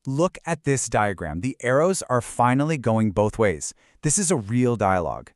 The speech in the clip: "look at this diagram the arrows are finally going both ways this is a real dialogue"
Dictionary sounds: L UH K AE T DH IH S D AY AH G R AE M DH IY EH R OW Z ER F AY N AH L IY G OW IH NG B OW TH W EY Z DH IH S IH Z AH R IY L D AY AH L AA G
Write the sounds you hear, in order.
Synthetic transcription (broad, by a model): L UH K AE T DH IH S D AY AH G R AE M DH IY EH R OW Z ER F AY N L IY G OW IH NG B OW TH W EY Z DH IH S IH Z AH R IY L D AY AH L AA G